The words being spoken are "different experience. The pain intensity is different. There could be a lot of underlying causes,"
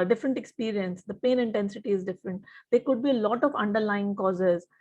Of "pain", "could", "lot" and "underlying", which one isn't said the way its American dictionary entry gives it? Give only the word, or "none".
none